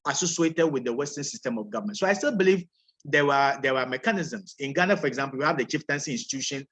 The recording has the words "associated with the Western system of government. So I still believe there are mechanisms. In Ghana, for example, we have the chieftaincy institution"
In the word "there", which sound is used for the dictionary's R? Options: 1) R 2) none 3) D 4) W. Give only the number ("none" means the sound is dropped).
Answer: 4